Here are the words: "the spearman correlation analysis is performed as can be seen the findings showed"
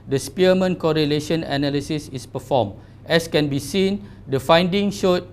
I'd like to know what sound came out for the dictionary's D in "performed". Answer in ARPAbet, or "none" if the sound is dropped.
none